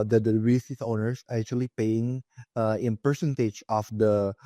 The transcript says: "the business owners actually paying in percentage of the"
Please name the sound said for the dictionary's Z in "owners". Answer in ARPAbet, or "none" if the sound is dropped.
S